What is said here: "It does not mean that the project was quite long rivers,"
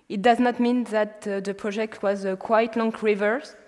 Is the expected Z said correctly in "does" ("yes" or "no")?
yes